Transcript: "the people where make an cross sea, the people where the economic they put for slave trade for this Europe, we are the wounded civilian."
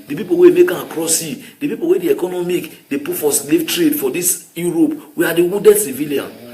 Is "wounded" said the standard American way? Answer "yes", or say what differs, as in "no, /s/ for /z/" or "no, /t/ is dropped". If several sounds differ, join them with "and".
no, /n/ is dropped